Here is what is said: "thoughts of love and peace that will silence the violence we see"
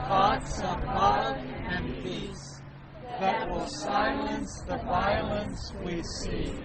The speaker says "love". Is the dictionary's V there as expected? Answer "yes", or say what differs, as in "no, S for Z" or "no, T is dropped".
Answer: no, V is dropped